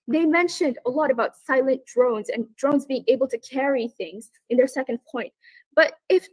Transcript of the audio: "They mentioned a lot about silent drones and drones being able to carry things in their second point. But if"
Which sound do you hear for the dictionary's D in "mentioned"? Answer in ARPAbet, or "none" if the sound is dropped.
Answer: D